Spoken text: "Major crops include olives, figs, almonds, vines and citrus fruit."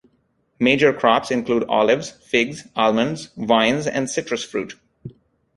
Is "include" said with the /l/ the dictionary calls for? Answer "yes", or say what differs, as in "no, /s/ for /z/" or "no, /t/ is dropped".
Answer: yes